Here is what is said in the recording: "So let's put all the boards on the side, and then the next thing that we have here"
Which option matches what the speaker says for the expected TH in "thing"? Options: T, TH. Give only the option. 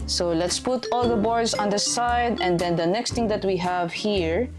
T